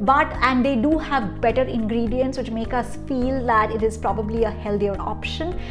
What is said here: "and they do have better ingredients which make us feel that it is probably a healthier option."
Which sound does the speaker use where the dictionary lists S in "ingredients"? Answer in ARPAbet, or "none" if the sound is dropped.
S